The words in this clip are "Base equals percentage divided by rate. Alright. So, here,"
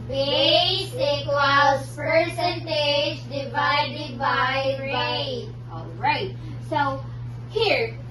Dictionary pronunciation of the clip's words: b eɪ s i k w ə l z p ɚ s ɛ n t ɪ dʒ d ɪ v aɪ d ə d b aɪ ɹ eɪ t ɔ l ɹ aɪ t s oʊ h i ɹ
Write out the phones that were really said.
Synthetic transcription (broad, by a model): b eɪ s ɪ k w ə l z p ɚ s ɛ n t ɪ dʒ d ɪ v aɪ d ə d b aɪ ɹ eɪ ɔ l ɹ aɪ t s oʊ h i ɹ